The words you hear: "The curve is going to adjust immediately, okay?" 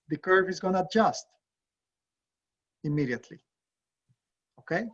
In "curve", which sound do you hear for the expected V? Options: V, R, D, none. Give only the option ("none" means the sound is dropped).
V